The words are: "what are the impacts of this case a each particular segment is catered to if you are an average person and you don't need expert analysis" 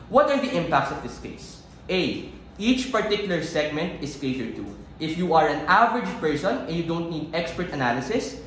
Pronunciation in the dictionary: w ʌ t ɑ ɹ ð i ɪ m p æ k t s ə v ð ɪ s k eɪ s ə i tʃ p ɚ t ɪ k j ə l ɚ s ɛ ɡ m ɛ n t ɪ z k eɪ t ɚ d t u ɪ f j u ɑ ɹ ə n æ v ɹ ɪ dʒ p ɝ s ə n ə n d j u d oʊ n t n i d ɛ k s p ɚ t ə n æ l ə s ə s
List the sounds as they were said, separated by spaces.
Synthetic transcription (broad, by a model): w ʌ t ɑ ɹ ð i ɪ m p æ k t s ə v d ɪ s k eɪ s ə i tʃ p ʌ t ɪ k j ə l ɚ s ɛ ɡ m ɛ n t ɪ s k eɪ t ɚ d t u ɪ f j u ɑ ɹ ə n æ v ɹ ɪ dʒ p ɝ s ə n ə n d j u d oʊ n t n i d ɛ k s p ɚ t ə n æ l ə s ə s